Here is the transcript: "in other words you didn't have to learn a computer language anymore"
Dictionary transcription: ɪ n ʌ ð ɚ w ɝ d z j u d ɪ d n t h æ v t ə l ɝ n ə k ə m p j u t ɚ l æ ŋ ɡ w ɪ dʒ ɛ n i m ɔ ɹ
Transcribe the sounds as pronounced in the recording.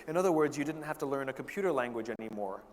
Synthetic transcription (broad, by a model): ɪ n ʌ ð ɚ w ɝ d z j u d ɪ d n t h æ f t ə l ɝ n ə k m p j u t ɚ l æ ŋ ɡ w ɪ dʒ ɛ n i m ɔ ɹ